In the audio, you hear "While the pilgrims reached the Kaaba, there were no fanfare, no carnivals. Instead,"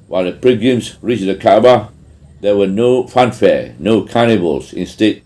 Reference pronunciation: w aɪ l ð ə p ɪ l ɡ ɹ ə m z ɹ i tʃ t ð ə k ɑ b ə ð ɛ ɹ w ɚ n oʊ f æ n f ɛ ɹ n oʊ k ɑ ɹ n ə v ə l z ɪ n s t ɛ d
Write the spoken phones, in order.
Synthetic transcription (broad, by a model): w aɪ l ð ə p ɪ ɡ ə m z ɹ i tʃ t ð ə k ɑ b ə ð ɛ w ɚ n oʊ f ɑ n f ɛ n oʊ k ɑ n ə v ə l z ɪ n s t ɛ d